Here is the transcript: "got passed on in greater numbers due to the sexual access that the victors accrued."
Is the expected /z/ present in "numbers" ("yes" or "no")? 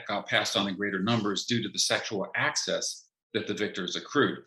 yes